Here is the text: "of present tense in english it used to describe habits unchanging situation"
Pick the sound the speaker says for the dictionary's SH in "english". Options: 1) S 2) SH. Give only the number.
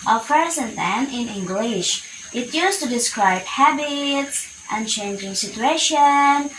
2